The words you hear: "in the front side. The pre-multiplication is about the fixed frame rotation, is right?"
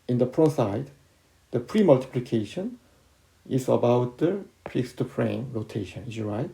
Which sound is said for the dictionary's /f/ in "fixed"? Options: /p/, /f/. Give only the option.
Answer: /p/